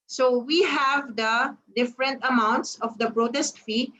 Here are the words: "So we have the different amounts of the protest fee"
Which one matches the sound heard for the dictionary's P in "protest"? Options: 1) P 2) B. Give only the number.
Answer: 2